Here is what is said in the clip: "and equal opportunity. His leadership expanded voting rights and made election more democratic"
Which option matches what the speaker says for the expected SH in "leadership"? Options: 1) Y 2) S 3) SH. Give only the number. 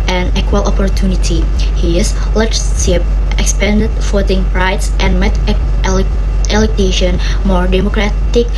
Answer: 2